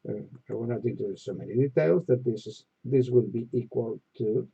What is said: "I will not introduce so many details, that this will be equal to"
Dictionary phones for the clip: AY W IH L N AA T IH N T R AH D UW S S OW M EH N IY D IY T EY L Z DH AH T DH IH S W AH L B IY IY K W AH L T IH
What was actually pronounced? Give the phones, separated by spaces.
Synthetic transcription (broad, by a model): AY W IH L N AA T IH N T AH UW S S OW M EH N IY D IY T EY L Z DH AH T DH IH S W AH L B IY IY K W AH L T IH